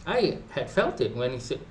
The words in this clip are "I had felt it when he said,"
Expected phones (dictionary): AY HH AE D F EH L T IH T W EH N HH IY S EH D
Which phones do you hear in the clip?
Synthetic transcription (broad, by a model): AY HH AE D F EH L T IH T W EH N HH IY S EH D